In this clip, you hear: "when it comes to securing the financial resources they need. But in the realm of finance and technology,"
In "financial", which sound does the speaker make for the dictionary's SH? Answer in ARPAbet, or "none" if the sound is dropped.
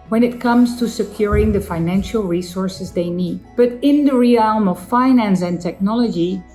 SH